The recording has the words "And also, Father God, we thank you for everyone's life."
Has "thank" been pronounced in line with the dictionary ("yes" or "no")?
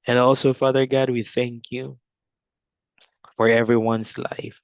yes